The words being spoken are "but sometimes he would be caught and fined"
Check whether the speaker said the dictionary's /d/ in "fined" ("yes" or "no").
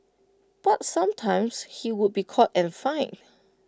no